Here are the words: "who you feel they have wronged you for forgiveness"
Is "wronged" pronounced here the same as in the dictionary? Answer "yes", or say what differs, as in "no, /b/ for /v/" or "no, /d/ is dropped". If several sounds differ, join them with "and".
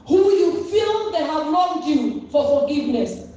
no, /l/ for /ɹ/